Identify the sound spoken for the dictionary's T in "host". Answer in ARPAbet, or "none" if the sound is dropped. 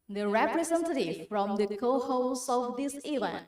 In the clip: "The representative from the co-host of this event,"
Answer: none